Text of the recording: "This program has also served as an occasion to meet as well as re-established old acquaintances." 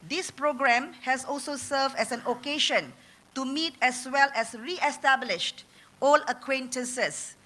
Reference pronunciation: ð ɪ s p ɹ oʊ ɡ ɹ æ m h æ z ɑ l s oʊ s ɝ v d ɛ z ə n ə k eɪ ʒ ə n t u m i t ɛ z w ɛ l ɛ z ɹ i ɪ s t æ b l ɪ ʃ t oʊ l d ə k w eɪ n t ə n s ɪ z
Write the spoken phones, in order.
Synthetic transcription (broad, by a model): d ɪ s p ɹ oʊ ɡ ɹ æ m h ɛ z ɑ l s oʊ s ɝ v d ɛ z ə n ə k eɪ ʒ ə n t u m i t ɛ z w ɛ l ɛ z ɹ i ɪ s t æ b l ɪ ʃ t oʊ l ə k w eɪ n t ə n s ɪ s